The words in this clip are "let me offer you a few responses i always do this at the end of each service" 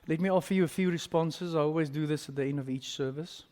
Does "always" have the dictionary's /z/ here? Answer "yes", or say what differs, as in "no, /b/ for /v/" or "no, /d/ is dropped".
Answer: yes